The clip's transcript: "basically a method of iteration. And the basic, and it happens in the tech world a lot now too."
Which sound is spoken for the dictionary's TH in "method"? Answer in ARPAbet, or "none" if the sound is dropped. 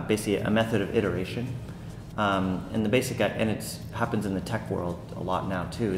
TH